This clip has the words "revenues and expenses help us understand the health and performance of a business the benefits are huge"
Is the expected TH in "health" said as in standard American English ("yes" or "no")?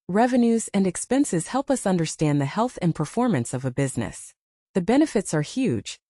yes